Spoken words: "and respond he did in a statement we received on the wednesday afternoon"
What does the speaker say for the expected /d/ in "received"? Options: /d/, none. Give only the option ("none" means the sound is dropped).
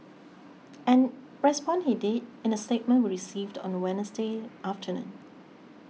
/d/